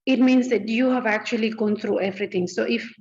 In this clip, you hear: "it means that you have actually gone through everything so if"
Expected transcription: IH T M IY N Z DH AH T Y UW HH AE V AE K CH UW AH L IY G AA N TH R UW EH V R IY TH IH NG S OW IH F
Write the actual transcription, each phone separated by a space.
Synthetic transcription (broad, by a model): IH T M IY N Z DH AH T Y UW HH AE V AE K CH UW AH L IY G AA N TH R UW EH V R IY T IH NG S OW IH F